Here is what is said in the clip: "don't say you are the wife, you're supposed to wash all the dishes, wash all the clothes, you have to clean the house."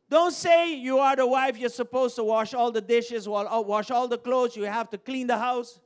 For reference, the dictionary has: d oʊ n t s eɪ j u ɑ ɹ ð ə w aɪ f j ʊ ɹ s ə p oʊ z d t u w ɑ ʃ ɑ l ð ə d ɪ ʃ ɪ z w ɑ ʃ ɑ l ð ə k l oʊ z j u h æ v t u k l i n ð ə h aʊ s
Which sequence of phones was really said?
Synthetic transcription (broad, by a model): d oʊ n t s eɪ j u ɑ ɹ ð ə w aɪ f j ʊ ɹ s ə p oʊ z t u w ɑ ʃ ɑ l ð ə d ɪ ʃ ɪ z w ɑ ʃ ɑ l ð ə k l oʊ z j u h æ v t u k l i n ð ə h aʊ s